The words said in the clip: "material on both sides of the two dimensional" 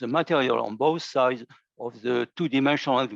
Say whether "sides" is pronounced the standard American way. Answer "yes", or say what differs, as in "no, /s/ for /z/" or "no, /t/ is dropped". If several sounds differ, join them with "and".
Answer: yes